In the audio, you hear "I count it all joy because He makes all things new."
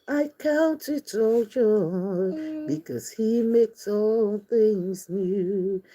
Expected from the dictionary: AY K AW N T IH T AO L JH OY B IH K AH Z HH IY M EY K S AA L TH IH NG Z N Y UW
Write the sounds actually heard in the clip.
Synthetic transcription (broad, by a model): AY K AW N T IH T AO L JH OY B IH K AH Z HH IY M EY K S AA L TH IH NG Z N Y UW